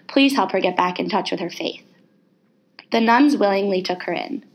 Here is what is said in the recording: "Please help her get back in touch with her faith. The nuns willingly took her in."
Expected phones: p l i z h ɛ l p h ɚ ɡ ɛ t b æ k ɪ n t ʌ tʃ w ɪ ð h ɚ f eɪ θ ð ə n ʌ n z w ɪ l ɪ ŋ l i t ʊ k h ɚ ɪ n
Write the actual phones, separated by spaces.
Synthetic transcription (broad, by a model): p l i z h ɛ l p h ɚ ɡ ɛ t b æ k ɪ n t ʌ tʃ w ɪ ð ɚ f eɪ θ ð ə n ʌ n z w ɪ l ɪ ŋ l i t ʊ k h ɚ ɪ n